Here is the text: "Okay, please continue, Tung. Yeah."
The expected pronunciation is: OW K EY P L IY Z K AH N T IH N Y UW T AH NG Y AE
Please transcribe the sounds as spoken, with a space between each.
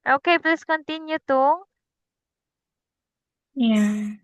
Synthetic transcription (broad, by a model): OW K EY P L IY S K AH N T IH N Y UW T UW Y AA